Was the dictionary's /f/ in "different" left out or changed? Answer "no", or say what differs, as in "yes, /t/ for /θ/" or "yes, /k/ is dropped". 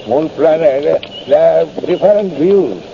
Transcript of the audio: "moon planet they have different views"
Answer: yes, /f/ is dropped